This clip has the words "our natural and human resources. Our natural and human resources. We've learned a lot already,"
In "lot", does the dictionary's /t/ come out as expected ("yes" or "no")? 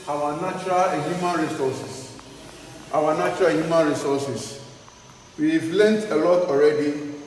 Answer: yes